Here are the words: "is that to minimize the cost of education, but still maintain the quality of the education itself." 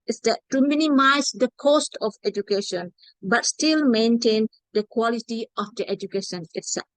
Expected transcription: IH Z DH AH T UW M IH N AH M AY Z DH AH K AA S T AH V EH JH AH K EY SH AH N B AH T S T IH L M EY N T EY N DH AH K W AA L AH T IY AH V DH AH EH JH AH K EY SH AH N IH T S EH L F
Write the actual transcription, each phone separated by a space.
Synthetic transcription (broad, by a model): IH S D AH T UW M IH N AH M AY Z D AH K AA S T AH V EH JH AH K EY SH AH N B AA T S T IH L M EY N T EY N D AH K W AA L AH T IY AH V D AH EH JH AH K EY SH AH N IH T S EH L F